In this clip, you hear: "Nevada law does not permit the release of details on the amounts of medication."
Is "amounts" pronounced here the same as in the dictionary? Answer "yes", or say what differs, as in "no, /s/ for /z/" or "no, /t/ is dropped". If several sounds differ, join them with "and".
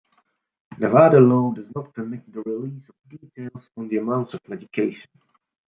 no, /s/ is dropped